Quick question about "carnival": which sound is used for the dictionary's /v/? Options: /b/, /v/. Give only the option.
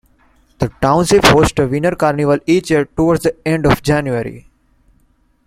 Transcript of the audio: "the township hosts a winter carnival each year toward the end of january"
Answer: /v/